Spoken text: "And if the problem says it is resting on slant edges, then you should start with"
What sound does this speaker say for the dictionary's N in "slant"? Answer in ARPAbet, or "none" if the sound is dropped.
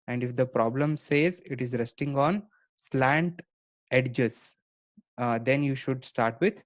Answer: N